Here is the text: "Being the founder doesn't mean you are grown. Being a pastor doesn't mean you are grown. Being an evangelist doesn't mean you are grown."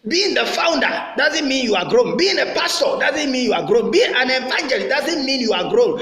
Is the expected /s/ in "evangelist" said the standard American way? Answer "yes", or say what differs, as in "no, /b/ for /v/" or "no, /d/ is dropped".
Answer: no, /s/ is dropped